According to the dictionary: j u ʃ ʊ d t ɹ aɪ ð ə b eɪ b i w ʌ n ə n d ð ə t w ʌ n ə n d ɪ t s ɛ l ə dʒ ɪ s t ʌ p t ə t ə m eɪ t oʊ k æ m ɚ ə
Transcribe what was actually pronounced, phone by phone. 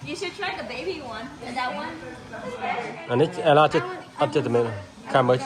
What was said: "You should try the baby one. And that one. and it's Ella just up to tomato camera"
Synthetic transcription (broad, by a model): j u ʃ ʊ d t ɹ aɪ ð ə b eɪ b i w ʌ n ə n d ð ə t w ʌ n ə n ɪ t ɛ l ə tʃ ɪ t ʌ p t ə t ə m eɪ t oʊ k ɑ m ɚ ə